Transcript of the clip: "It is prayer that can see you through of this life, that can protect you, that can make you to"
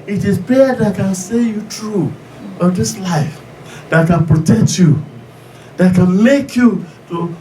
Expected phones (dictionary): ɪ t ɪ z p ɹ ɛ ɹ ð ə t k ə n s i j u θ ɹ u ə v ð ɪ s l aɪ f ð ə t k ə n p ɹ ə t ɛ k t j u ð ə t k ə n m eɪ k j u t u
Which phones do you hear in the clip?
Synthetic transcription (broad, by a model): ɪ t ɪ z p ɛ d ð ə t k ə n s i j u t ɹ u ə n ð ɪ s l aɪ f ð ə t k ə n p ɹ ə t ɛ k t j u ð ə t k ə n m eɪ k j u t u